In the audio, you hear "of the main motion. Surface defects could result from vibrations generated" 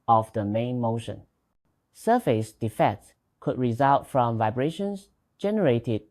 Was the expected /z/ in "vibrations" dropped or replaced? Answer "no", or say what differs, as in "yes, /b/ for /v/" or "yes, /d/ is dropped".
yes, /s/ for /z/